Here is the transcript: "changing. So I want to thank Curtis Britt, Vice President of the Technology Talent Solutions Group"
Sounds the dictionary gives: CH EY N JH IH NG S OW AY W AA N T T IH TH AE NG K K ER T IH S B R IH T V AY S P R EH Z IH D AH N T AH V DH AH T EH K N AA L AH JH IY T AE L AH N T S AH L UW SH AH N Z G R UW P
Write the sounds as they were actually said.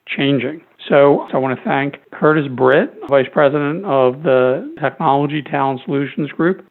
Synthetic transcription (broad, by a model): CH EY N JH IH NG S OW AY W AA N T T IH TH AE NG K K ER T IH S B R IH T V AY S P R EH Z IH D AH N T AH V DH AH T EH K N AA L AH JH IY T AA AH N S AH L UW SH N Z G R UW P